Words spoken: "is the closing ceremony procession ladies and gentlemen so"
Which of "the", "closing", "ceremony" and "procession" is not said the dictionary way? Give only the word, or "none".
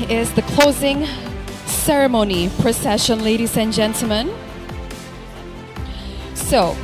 none